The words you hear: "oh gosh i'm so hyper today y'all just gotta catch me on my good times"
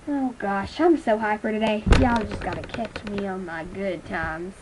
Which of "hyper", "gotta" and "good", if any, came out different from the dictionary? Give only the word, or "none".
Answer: hyper